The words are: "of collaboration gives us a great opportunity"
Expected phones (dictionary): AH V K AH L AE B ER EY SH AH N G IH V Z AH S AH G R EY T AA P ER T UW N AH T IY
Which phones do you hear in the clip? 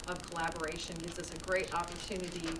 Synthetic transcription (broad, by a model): AH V K AH L AE B ER EY SH AH N G IH V Z AH S AH G R EY T AA P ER T UW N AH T IY